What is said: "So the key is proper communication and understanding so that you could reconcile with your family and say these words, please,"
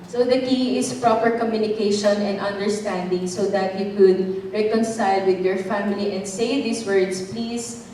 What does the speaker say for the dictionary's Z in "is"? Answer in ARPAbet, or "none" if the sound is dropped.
S